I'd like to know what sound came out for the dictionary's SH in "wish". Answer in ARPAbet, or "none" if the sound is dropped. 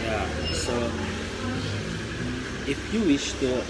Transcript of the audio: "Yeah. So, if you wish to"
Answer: SH